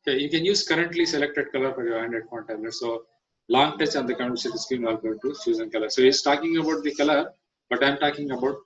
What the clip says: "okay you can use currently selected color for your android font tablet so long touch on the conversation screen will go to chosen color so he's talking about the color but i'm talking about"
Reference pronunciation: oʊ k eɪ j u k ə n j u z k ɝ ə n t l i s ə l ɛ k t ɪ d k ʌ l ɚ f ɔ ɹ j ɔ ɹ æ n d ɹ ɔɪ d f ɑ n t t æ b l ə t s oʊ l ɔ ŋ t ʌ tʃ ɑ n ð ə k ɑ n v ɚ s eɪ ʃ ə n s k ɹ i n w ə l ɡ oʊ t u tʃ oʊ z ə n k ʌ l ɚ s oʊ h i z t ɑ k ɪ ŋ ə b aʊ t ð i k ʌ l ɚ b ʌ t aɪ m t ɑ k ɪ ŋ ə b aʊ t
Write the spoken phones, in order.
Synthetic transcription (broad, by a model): k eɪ j u k ə n j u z k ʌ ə n t l i s ə l ɛ k t ɪ d k ʌ l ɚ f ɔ ɹ j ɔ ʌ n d ɛ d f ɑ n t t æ l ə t s oʊ l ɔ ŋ t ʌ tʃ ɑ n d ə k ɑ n ɚ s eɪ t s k ɹ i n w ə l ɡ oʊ t u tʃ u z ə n k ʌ l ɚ s oʊ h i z t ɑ k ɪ ŋ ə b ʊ t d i k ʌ l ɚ b ʌ t aɪ m t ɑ k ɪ ŋ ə b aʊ t